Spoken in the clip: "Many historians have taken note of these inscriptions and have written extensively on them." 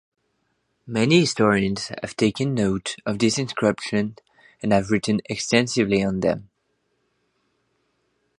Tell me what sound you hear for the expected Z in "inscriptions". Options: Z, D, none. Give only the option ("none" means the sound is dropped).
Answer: none